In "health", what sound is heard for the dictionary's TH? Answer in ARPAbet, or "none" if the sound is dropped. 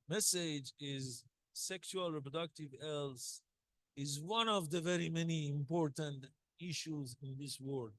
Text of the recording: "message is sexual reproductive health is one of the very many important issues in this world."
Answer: S